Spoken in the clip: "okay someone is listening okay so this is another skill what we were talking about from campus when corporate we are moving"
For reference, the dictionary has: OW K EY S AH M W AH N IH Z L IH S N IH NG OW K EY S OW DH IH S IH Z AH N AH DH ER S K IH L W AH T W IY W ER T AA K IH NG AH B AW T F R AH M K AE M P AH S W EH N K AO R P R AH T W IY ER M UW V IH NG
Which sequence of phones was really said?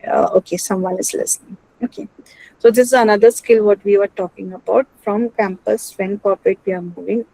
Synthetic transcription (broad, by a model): OW K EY S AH M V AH N IH Z L IH S N IH NG OW K EY S OW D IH S IH Z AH N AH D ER S K IH L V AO T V IY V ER T AA K IH NG AH B AW T F R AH M K AE M P AH S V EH N K AO R P R AH T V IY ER M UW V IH NG